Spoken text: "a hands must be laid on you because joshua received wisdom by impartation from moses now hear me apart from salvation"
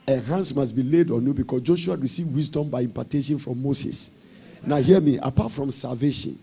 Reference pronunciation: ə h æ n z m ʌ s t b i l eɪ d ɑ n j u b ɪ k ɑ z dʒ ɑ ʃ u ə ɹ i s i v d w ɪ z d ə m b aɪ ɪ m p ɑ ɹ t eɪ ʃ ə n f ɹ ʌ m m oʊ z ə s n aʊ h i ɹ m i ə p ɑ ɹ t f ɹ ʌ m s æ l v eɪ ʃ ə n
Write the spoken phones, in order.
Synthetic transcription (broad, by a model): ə h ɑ n s m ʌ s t b i l eɪ d ɑ n j u b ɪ k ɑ s dʒ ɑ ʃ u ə ɹ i s i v w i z d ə m b aɪ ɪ m p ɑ t eɪ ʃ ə n f ɹ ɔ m m oʊ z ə s n aʊ h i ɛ m i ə p ɑ t f ɹ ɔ m s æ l v eɪ ʃ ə n